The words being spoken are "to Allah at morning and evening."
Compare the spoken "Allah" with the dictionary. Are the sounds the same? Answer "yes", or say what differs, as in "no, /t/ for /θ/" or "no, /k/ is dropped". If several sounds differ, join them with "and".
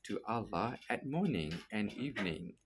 yes